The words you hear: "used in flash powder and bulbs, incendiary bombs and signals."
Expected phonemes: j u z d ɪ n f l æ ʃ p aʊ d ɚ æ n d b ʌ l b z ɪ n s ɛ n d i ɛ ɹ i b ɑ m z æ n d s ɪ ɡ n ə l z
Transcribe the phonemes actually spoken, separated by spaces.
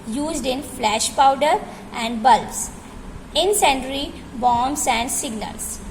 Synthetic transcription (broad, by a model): j u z d ɪ n f l æ ʃ p aʊ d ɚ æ n d b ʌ l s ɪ n s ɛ n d ɹ i b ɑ m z æ n d s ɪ ɡ n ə l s